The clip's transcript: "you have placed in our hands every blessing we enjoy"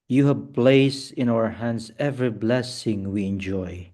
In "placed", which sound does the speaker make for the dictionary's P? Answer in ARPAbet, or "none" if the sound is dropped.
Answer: B